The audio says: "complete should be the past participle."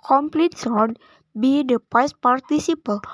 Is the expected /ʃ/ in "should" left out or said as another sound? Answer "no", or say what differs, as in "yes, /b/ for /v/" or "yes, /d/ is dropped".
yes, /s/ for /ʃ/